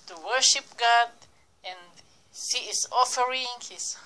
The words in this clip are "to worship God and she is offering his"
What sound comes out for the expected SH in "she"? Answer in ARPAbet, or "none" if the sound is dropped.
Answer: S